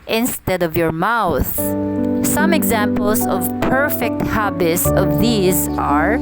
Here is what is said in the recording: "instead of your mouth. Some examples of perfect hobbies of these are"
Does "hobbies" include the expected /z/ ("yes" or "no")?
no